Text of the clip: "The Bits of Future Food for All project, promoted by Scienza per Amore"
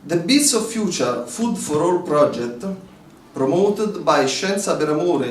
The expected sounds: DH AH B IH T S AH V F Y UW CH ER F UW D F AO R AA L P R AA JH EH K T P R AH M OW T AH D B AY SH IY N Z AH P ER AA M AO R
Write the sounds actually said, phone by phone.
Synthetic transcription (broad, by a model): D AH B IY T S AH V F Y UW CH ER F UW D F AO R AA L P R AA JH EH K T P R AH M OW T AH D B AY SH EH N S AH B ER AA M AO R